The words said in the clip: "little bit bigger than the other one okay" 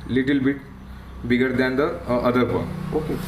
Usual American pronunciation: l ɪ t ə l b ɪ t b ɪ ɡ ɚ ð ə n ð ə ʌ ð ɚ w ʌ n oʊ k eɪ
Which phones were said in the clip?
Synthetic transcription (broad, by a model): l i t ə l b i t b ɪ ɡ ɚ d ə n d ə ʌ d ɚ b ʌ oʊ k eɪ